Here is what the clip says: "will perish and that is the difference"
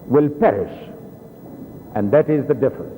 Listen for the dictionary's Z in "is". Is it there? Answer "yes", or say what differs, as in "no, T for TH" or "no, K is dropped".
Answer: yes